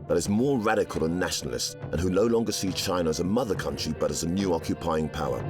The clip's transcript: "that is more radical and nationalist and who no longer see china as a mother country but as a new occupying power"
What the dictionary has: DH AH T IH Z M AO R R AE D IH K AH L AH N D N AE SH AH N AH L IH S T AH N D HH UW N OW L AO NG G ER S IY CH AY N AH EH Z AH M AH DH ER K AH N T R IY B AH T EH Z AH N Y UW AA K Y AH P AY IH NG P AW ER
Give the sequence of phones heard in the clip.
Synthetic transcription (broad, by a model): DH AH T IH Z M AO R R AE D IH K AH L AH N N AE SH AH N L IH S T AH N HH UW N OW L AO NG G ER S IY CH AY N AH Z AH M AH DH ER K AH N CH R IY B AH T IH Z AH N Y UW AA K Y AH P AY IH NG P AW ER